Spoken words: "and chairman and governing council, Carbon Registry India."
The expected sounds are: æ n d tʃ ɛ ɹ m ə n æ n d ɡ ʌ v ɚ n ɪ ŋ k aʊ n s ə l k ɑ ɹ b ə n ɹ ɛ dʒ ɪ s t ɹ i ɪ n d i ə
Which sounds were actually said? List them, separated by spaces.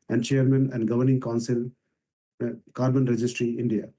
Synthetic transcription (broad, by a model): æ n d tʃ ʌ ɹ m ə n æ n d ɡ ʌ v ɚ n ɪ ŋ k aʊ n s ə l k ɑ ɹ b ə n ɹ ɛ dʒ ɪ s t ɹ i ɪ n d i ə